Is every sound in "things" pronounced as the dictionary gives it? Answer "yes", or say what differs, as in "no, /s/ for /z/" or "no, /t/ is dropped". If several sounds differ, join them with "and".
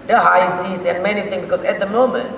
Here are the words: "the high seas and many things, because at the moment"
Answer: no, /z/ is dropped